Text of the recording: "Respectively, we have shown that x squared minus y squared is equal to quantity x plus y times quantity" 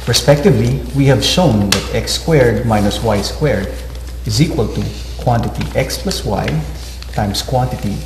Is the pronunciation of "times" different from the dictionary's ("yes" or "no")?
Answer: yes